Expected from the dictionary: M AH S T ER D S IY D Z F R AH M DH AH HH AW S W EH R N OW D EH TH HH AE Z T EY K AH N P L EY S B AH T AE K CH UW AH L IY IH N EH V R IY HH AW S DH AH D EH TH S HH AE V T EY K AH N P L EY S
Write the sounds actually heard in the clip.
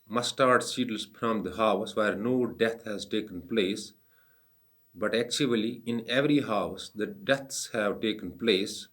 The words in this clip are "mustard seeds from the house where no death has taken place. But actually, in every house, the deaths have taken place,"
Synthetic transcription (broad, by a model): M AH S T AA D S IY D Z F R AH M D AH HH AW S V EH R N OW D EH T HH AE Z T EY K AH N P L EY S B AH T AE K CH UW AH L IY IH N EH V R IY HH AW S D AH D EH T S HH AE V T EY K AH N P L EY S